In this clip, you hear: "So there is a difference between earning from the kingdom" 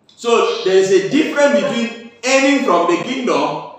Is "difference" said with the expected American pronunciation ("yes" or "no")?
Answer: no